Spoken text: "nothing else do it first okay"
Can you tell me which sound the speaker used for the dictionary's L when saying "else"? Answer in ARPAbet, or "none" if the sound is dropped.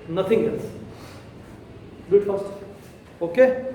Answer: N